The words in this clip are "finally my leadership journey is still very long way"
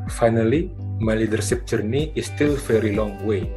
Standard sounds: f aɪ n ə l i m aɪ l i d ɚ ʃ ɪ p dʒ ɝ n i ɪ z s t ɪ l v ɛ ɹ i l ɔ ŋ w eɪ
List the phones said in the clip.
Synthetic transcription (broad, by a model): f aɪ n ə l i m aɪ l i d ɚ s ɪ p dʒ ɝ n i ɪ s t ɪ l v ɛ ɹ i l ɔ ŋ w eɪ